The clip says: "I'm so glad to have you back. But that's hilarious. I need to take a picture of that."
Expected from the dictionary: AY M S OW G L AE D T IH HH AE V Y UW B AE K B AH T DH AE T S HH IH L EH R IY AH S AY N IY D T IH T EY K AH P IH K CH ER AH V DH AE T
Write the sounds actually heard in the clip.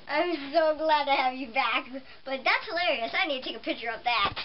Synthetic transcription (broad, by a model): AY M S OW G L AE D T IH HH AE V Y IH B AE K B AH T DH AE T S HH IH L EH R IY AH S AY N IY D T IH T EY K AH P IH K CH ER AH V DH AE T